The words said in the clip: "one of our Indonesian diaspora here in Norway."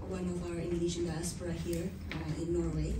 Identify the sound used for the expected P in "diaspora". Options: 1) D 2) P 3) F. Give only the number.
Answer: 3